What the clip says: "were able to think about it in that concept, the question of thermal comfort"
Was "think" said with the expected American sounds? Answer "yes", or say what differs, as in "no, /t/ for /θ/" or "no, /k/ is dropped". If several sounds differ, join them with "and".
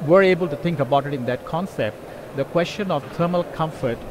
no, /t/ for /θ/